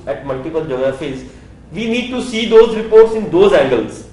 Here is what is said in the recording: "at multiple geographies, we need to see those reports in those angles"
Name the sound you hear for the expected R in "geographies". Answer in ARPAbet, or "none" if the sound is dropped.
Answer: none